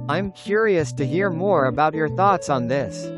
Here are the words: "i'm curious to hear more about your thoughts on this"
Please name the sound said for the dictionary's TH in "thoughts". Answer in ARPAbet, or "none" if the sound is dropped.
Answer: TH